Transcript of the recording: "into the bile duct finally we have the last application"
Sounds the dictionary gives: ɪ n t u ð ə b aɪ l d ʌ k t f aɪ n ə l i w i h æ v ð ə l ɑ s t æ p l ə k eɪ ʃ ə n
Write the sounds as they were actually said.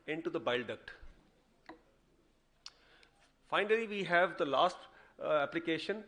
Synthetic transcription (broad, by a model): ɪ n t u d ə b aɪ l d ʌ k t f aɪ n ə l i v i h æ v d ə l ɑ s t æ p l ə k eɪ ʃ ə n